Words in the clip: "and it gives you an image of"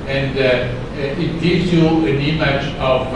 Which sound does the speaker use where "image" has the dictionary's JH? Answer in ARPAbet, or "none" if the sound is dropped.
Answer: CH